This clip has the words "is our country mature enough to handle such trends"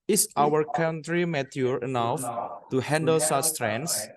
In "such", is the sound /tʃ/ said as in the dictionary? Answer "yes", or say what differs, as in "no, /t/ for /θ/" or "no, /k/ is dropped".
no, /s/ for /tʃ/